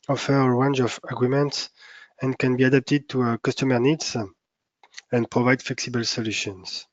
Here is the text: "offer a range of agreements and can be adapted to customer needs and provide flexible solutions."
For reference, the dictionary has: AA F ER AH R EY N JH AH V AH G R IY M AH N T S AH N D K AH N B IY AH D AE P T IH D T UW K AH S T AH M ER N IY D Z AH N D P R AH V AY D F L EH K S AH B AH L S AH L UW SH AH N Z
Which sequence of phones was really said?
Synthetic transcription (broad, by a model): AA F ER AH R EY N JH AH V AH G R IY M AH N T S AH N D K AH N B IY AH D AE P T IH D T UW K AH S T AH M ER N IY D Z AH N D P R AH V AY D F L EH K S AH B AH L S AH L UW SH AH N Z